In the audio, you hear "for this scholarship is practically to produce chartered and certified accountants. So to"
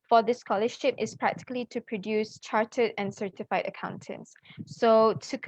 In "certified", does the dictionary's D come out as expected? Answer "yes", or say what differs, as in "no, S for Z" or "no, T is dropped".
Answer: yes